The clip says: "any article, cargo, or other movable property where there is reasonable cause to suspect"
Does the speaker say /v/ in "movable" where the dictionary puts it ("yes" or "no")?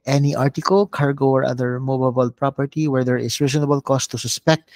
no